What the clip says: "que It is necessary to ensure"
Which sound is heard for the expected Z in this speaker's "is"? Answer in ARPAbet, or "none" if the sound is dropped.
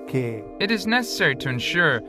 Z